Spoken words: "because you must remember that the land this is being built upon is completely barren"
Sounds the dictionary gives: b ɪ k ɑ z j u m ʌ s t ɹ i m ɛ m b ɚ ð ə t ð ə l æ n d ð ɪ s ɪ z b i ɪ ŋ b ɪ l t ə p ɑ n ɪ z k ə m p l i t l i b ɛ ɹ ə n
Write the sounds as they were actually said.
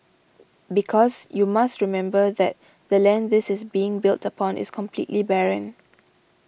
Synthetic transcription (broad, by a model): b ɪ k ɑ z j u m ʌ s t ɹ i m ɛ m b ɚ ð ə t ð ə l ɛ n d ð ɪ s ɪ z b i ɪ ŋ b ɪ l t ə p ɑ n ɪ s k ə m p l i t l i b ɛ ɹ ə n